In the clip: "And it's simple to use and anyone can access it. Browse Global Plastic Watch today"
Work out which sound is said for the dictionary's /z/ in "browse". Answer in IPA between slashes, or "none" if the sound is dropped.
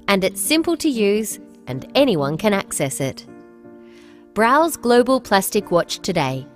/z/